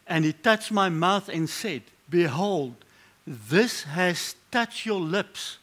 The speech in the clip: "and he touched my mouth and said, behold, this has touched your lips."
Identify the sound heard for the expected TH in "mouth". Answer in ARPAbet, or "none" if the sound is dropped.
TH